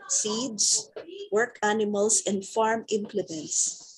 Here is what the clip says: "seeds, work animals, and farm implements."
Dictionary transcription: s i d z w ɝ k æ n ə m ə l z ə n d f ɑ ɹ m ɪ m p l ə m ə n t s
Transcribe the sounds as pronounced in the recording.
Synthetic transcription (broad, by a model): s i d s w ɝ k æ n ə m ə l s ə n d f ɑ ɹ m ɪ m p l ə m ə n t s